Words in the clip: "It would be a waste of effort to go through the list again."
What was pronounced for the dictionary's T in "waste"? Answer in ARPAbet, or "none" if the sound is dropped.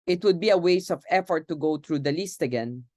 none